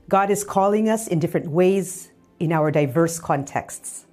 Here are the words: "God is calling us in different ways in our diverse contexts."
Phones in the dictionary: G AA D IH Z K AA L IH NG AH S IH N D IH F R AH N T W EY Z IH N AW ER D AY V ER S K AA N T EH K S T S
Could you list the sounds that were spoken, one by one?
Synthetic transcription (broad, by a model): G AA D IH Z K AA L IH NG AH S IH N D IH F R AH N T W EY Z IH N AW ER D AY V ER S K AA N T EH K S T S